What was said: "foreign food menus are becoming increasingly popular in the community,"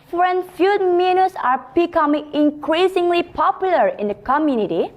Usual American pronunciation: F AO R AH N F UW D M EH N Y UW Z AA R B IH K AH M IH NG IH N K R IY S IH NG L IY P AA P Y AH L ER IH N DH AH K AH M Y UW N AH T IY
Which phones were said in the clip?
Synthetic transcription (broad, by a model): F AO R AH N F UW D M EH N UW S AA R B IH K AH M IH NG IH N K R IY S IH NG L IY P AA P Y AH L ER IH N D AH K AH M Y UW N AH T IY